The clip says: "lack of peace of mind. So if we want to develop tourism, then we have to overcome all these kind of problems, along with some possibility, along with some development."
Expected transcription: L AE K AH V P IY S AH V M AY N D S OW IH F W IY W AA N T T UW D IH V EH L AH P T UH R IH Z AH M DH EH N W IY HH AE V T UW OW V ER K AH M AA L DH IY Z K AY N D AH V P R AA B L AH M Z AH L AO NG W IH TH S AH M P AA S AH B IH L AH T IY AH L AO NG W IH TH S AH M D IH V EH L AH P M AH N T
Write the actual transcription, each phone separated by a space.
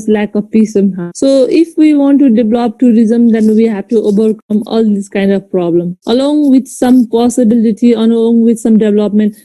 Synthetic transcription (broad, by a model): L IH K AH P IY S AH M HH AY S OW IH F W IY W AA N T T UW D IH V L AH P T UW R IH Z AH M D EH N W IY HH AE V T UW OW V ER K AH M AA L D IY S K AY N D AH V P R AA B L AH M AH L AO NG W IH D S AH M P AA S AH B IH L AH T IY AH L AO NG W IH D S AH M D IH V L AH P M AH N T